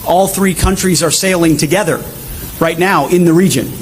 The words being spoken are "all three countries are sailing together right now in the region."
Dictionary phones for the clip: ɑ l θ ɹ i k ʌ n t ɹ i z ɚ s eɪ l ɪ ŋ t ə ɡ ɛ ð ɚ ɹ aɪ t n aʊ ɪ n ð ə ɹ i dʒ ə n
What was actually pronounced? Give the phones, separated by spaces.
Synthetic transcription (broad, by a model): ɑ l θ ɹ i k ʌ n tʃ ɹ i z ɚ s eɪ l ɪ ŋ t ə ɡ ɛ ð ɚ ɹ aɪ t n aʊ ɪ n ð ə ɹ i dʒ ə n